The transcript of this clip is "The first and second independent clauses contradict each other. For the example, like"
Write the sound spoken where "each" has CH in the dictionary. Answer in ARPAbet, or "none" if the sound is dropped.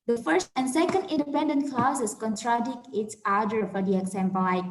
S